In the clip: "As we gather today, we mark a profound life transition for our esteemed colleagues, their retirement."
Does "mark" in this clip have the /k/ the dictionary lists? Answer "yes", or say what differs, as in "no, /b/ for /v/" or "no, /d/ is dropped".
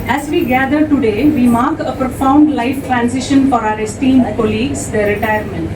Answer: yes